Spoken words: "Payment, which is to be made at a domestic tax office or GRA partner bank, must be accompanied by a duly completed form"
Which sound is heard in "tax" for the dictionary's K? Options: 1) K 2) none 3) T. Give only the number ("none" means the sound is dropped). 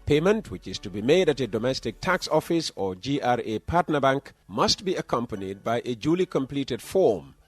1